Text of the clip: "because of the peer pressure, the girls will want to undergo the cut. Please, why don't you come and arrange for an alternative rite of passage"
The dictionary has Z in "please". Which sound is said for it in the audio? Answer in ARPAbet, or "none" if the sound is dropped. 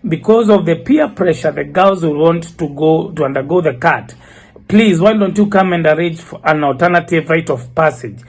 Z